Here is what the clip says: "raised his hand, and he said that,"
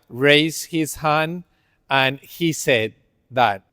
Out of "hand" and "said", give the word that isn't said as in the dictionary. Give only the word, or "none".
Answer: hand